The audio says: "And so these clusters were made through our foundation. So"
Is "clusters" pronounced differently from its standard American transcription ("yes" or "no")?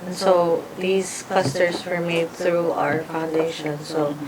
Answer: yes